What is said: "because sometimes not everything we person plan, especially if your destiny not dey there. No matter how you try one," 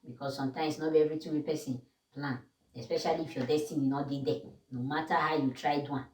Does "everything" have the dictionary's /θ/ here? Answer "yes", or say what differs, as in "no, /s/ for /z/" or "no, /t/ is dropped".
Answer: no, /t/ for /θ/